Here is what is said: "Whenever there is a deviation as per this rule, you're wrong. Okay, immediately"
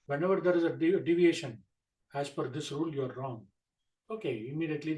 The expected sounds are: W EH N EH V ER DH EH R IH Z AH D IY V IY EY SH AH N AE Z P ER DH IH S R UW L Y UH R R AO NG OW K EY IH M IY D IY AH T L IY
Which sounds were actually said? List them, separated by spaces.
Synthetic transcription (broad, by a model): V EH N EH V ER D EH R IH Z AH D IY V IY EY SH AH N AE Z F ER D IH S R UW L Y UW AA R AO NG OW K EY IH M IY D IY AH T L IY